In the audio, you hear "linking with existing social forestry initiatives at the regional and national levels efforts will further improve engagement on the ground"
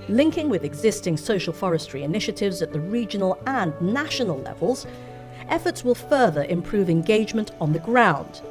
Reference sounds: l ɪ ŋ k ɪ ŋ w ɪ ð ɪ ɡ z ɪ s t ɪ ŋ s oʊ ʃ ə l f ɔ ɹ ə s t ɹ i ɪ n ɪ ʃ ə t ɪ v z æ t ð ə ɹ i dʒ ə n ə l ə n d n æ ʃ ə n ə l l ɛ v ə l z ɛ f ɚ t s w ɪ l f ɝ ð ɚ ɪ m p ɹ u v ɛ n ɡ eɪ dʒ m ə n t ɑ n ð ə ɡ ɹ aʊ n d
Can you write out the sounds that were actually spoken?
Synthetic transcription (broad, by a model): l ɪ ŋ k ɪ ŋ w ɪ ð ɪ ɡ z ɪ s t ɪ ŋ s oʊ ʃ ə l f ɔ ɹ ə s t ɹ i ɪ n ɪ ʃ ə t ɪ v z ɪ t ð ə ɹ i dʒ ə n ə l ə n n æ ʃ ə n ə l l ɛ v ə l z ɛ f ɚ t s w ɪ l f ɝ ð ɚ ɪ m p ɹ u v ɛ n ɡ eɪ dʒ m ə n t n ð ə ɡ ɹ aʊ n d